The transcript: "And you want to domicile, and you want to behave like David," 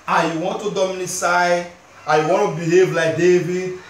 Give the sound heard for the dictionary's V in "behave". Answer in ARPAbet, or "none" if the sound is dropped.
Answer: V